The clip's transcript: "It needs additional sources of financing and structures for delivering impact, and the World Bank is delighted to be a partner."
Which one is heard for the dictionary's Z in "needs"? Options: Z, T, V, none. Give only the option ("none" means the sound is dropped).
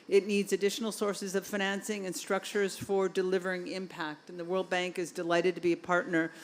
Z